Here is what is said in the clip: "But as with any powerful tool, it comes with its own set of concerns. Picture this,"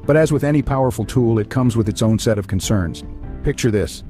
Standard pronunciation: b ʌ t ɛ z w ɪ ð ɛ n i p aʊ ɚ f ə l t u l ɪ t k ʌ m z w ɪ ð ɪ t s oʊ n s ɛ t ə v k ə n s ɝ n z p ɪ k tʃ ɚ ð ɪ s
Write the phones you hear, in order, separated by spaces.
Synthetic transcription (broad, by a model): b ʌ t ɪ z w ɪ ð ɛ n i p aʊ ɚ f l t u l ɪ t k ʌ m z w ɪ ð ɪ t s oʊ n s ɛ t ə v k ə n s ɝ n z p ɪ k tʃ ɚ ð ɪ s